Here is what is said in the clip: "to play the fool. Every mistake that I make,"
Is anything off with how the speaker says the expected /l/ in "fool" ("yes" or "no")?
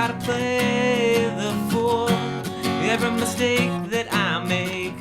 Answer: yes